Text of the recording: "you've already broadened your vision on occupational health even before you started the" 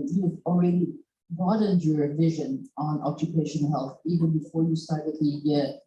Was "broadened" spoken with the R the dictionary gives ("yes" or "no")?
no